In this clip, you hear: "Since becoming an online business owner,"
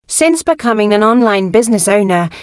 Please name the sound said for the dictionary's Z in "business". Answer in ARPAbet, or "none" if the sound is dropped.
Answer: Z